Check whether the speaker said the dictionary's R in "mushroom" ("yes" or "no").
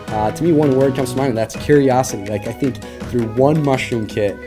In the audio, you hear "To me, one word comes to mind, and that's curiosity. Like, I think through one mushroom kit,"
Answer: no